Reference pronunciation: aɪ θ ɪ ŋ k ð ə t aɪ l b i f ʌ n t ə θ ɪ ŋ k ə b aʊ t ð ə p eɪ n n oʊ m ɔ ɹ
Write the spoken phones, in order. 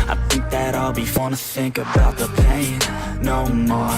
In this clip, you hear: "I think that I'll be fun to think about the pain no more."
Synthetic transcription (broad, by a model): aɪ θ ɪ ŋ k ð ə t aɪ l b i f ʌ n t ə θ ɪ ŋ k ə b aʊ t ð ə p eɪ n n oʊ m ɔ